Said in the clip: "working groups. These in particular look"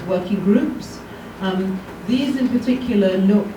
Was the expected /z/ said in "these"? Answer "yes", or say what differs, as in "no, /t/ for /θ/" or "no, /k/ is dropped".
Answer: yes